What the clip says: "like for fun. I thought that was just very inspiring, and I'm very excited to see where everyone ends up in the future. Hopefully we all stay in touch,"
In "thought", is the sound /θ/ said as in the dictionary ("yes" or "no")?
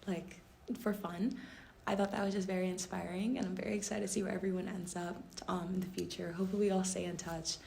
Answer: yes